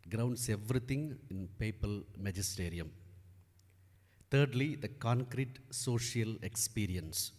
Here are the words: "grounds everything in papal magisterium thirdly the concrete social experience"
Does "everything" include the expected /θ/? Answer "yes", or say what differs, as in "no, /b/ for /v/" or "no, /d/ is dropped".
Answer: no, /t/ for /θ/